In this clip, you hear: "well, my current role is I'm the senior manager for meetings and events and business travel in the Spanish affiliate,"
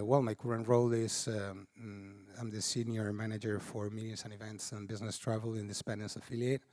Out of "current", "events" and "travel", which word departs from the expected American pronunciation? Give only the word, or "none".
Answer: none